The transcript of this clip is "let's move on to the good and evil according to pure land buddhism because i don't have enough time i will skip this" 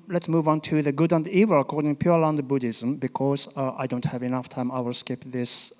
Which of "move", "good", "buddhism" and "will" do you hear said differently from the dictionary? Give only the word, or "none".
none